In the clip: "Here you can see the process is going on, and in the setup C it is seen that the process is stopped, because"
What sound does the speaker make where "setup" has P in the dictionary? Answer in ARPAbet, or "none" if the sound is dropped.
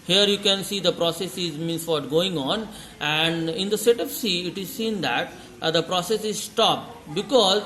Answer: F